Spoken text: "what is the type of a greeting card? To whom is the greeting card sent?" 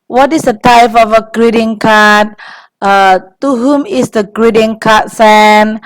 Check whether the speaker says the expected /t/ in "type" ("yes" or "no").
yes